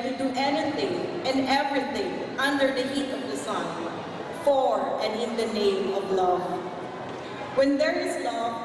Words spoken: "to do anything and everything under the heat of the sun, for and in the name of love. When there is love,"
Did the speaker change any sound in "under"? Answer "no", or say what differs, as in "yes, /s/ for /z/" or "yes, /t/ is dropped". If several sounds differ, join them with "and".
no